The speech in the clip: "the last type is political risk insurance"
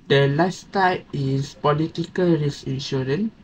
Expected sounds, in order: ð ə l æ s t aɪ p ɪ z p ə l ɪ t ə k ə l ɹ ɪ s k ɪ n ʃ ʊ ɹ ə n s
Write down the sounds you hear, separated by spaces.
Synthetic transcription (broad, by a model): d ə l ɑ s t aɪ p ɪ s p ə l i t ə k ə l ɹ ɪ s ɪ n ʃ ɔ ɹ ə n